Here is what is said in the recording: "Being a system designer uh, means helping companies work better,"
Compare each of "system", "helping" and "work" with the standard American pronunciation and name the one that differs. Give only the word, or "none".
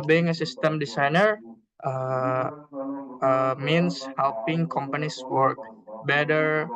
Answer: none